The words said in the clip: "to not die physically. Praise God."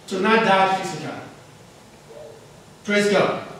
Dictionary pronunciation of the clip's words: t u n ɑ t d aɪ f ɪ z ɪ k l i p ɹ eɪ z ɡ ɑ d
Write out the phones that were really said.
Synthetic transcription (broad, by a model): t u n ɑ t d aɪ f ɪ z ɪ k i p ɹ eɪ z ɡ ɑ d